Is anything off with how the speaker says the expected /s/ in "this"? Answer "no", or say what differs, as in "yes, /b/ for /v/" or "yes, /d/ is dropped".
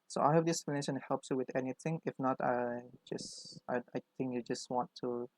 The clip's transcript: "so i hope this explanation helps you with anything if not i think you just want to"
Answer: yes, /s/ is dropped